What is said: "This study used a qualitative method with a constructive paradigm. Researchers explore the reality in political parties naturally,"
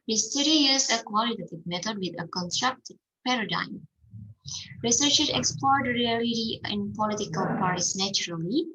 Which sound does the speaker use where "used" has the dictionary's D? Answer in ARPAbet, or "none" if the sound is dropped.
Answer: none